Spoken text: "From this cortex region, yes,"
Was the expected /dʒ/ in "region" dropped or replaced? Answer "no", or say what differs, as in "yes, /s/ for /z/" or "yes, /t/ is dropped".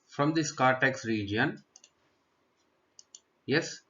no